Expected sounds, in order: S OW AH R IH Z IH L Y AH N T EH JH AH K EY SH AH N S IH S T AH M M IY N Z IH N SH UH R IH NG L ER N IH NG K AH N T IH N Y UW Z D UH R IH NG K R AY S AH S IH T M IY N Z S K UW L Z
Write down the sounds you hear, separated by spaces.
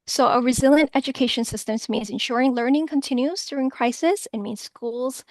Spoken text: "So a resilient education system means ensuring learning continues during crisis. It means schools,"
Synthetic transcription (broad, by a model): S OW AH R IH Z IH L Y AH N T EH JH AH K EY SH AH N S IH S T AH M M IY N Z IH N SH UH R IH NG L ER N IH NG K AH N T IH N Y UW Z D UH R IH NG K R AY S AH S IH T M IY N Z S K UW L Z